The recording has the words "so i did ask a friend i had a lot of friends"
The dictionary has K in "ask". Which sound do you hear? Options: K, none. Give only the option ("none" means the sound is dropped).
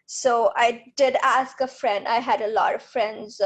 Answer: K